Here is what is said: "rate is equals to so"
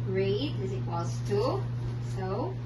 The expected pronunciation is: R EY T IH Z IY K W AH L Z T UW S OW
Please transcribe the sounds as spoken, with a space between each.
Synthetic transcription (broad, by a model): R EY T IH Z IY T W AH Z T UW S OW